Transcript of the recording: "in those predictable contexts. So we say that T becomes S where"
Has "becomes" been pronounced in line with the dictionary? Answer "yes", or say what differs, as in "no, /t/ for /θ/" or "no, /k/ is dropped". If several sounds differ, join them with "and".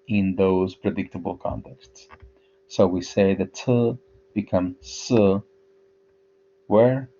no, /s/ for /z/